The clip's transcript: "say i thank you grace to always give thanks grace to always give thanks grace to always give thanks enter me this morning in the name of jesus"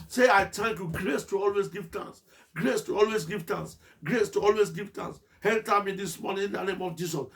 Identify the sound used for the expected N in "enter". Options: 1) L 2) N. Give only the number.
1